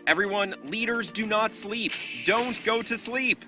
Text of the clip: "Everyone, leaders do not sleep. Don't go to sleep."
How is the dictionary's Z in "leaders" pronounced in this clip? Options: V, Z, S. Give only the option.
Z